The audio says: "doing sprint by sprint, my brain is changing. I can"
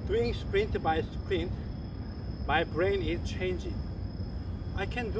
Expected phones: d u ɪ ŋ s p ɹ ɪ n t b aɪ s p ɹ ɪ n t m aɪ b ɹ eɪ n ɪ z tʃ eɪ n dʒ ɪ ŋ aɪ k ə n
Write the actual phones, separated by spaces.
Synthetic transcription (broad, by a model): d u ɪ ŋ s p ɹ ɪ n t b aɪ s p ɹ ɪ n t m aɪ b ɹ eɪ n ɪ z tʃ eɪ n dʒ ɪ ŋ aɪ k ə n